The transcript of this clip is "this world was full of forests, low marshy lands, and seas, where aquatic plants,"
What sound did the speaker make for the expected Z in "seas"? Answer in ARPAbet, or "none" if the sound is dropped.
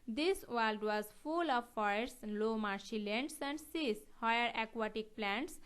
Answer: S